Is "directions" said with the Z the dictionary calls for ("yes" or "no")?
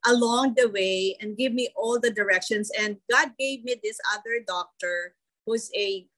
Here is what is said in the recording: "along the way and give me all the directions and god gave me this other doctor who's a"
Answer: no